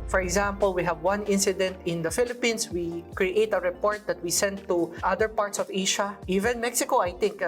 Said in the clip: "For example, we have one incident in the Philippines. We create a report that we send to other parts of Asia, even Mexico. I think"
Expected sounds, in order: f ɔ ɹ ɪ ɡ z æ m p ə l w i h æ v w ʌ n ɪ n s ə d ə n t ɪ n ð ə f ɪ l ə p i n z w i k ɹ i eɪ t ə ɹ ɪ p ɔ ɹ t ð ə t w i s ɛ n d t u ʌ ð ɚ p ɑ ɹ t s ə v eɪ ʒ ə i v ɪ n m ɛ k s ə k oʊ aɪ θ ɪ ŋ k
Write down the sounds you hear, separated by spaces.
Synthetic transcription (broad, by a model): f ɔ ɹ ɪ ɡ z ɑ m p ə l w i h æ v w ʌ n ɪ n s ə d ə n t ɪ n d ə f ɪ l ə p i n s w i k ɹ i eɪ t ə ɹ ɪ p ɔ ɹ t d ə t w i s ɛ n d t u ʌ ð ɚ p ɑ ɹ t s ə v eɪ ʃ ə i v ɪ n m ɛ k s ə k oʊ aɪ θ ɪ ŋ k